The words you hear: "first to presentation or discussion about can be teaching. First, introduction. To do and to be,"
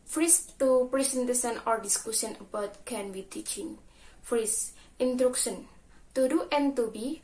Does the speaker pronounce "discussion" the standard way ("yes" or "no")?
no